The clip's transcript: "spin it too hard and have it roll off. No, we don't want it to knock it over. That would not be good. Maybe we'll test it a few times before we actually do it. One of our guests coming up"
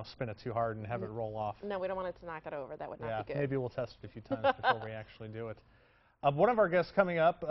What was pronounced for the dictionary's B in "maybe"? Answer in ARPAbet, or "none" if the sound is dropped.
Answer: B